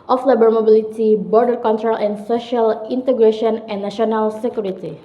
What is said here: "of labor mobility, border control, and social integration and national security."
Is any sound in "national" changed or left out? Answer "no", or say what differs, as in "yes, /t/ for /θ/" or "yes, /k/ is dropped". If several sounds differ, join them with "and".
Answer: yes, /ʃ/ is dropped